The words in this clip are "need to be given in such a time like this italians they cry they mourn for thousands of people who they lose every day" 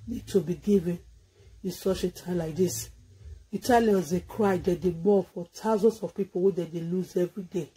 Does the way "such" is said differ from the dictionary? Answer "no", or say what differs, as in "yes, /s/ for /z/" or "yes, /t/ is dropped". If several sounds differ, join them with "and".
yes, /ʃ/ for /tʃ/